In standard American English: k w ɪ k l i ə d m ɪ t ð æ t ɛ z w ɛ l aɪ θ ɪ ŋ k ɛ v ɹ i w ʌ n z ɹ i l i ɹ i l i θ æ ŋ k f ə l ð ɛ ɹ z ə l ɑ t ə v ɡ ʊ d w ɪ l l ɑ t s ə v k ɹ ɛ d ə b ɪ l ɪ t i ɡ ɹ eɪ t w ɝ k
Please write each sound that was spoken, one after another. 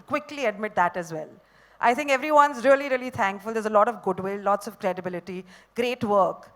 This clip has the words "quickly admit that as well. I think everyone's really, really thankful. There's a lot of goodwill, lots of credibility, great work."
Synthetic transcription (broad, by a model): k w ɪ k l i ə d m ɪ t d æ t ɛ z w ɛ l aɪ t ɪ ŋ k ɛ v ɹ i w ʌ n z ɹ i l i ɹ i l i t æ ŋ k f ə l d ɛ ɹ z ə l ɑ t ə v ɡ ʊ d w ɪ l l ɑ t s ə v k ɹ ɛ d ə b ɪ l ɪ t i ɡ ɹ eɪ t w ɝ k